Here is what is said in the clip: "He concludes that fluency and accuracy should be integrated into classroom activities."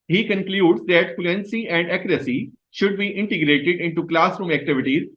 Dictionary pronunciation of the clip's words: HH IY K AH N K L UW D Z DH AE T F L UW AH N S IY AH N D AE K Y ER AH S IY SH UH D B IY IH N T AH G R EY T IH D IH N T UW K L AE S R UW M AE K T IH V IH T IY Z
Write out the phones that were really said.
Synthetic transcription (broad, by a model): HH IY K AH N K L UW D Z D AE T F L UW AH N S IY AH N D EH K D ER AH S IY SH UH D B IY IH N T AH G R EY T IH D IH N T UW K L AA S R UW M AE K T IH V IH T IY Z